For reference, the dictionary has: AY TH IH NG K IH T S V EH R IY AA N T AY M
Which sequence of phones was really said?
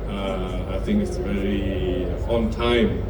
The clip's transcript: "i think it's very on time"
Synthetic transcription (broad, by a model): AY TH IH NG K IH T S V EH R IY AA N T AY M